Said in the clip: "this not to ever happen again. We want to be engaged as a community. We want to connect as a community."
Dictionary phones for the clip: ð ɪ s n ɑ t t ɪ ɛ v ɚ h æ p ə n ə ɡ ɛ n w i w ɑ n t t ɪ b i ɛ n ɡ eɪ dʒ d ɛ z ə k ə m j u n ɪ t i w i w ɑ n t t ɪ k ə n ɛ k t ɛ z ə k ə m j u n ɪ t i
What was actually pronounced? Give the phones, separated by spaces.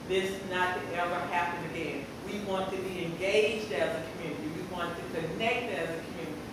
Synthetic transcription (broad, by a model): ð ɪ s n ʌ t t ɪ ɛ v ɚ h æ p ə n ə ɡ ɛ n w i w ɑ n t t ɪ b i ɛ n ɡ eɪ dʒ d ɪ z ə k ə m j u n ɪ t i w i w ɑ n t t ɪ k ə n ɛ k t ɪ z ə k m j u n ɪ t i